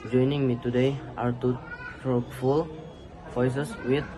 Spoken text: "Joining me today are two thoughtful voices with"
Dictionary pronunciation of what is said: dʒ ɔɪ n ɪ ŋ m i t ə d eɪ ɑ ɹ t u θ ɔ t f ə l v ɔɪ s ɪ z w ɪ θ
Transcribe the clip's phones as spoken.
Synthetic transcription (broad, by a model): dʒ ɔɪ n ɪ ŋ m i t ə d eɪ ɑ ɹ t u t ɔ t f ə l f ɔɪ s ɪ s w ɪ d